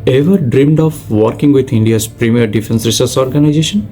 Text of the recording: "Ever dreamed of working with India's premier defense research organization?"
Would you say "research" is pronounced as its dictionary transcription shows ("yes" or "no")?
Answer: no